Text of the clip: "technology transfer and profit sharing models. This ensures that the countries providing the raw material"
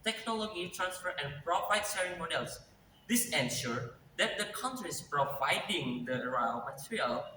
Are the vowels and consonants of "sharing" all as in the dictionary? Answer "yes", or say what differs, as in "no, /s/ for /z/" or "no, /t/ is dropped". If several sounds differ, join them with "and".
no, /s/ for /ʃ/